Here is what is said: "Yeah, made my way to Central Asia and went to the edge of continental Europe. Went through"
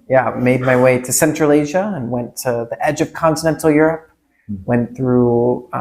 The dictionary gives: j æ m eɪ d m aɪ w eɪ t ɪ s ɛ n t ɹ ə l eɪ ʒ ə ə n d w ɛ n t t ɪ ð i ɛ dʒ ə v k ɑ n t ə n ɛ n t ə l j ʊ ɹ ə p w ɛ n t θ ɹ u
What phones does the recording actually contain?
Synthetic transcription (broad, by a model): j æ m eɪ d m aɪ w eɪ t ɪ s ɛ n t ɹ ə l eɪ ʒ ə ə n w ɛ n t t ɪ ð i ɛ dʒ ə v k ɑ n t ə n ɛ n t l j ʊ ɹ ə p w ɛ n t θ ɹ u